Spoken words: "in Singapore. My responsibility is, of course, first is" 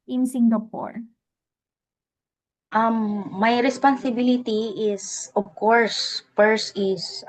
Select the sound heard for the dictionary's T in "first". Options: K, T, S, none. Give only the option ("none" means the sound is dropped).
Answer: none